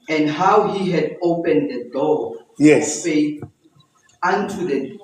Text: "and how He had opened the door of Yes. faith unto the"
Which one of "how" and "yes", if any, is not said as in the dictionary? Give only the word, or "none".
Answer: yes